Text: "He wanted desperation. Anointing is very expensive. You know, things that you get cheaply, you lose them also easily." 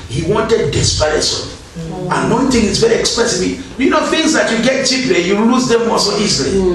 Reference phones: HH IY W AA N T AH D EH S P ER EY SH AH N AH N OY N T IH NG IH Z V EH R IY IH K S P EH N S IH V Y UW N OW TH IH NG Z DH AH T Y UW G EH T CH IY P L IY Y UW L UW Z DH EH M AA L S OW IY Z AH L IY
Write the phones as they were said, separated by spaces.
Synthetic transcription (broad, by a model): HH IY W AA N T AH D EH S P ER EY S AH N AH N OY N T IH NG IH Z V EH R IY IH K S P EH S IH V Y UW N OW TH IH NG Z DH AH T Y UW G EH T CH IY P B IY Y UW L UW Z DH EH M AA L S OW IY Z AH L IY